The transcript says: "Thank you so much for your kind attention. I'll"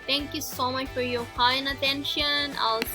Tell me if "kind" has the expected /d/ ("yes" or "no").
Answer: no